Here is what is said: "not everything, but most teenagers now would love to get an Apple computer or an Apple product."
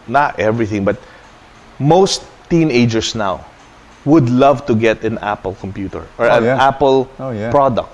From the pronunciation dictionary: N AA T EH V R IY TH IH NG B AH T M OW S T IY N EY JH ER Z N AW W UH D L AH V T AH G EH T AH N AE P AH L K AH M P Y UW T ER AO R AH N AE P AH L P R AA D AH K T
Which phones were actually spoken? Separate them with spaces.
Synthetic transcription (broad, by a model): N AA T EH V R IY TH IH NG B AH T M OW S T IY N EY JH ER S N AW W UH D L AH V T AH G EH T AH N AE P AH L K AH M P Y UW T ER AO R AH N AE P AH L P R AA D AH K T